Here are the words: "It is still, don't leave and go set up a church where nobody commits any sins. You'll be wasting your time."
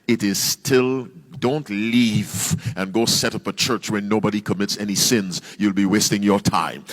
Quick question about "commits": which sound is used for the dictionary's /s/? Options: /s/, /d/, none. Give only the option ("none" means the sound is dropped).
/s/